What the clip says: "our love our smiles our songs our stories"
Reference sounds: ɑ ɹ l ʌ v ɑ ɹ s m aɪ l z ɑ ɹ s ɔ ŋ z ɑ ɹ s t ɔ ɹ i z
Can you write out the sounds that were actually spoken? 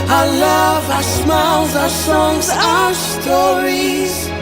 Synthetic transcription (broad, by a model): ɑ l ʌ v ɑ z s m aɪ z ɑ s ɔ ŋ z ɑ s t ɔ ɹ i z